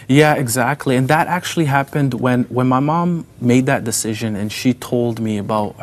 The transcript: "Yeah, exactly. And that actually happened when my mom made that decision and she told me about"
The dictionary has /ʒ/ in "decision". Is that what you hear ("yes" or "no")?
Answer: yes